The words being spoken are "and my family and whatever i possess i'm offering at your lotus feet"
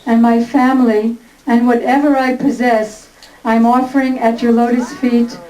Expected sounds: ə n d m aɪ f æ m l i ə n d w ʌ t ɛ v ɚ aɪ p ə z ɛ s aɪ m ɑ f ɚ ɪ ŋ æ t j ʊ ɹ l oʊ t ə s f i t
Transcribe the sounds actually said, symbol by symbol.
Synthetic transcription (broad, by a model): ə n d m aɪ f æ m l i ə n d w ʌ t ɛ v ɚ aɪ p ə z ɛ s aɪ m ɑ f ɚ ɪ ŋ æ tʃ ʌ ɹ l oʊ t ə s f i t